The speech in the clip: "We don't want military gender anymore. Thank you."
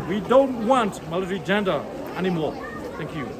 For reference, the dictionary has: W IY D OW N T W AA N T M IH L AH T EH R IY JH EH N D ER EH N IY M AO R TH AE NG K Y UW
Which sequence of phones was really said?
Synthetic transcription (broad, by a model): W IY D OW N T W AA N T M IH L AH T R IY JH EH N D ER EH N IY M AO R T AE NG K Y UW